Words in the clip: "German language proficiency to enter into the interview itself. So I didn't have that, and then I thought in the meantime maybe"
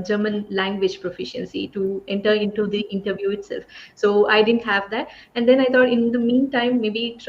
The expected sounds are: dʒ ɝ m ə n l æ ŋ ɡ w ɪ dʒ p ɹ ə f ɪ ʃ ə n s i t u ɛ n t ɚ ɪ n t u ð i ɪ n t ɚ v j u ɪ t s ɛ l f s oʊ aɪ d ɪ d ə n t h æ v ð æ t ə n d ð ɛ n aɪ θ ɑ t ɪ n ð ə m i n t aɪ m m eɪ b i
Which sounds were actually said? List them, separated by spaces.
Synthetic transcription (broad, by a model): dʒ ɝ m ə n l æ ŋ ɡ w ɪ dʒ p ɹ ə f ɪ ʃ ə n s i t u ɛ n t ɚ ɪ n t u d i ɪ n t ɚ v j u ɪ t s ɛ l f s oʊ aɪ d ɪ d ə n t h æ v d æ t ə n d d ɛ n aɪ t ɑ t ɪ n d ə m i n t aɪ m m eɪ b i